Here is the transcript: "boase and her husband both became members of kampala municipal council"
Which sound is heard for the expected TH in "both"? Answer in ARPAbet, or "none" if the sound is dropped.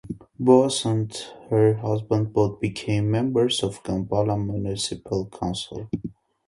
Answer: T